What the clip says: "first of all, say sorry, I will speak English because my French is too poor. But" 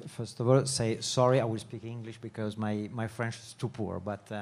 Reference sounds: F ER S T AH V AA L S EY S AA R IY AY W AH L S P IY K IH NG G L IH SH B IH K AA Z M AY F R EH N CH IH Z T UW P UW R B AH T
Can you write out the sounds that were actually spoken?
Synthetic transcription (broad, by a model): F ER S T AH V AA L S EY S AA R IY AY W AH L S P IY K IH NG G L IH SH B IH K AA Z M AY F R EH N CH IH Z T UW P UW R B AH T